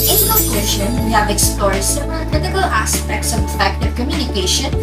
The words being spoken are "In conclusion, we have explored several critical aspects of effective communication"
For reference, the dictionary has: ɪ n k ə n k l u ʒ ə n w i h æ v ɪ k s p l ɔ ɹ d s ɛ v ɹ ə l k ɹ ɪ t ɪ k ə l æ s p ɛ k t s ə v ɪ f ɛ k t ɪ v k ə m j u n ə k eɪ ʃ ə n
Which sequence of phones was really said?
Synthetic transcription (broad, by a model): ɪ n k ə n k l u ʃ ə n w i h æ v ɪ k s p l ɔ ɹ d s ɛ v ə n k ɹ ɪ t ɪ k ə l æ s p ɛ k t s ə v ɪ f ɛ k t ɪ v k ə m j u n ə k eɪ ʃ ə n